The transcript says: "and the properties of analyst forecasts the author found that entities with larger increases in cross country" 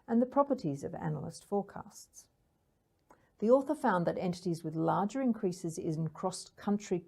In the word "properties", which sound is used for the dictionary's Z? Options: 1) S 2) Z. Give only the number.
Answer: 2